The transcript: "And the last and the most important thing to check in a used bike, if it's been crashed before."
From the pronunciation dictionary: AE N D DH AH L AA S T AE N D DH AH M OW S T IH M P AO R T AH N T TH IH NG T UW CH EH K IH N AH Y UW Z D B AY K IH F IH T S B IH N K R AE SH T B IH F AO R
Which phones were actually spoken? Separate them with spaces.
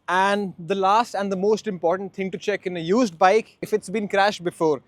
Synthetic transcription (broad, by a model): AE N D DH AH L AA S T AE N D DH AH M OW S T IH M P AO R T AH N T T IH NG T UW CH EH K IH N AH Y UW Z D B AY K IH F IH T S B IH N K R AE SH T B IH F AO R